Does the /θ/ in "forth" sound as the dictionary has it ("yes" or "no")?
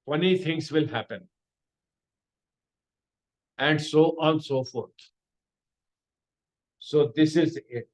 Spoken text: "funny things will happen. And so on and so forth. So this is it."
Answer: no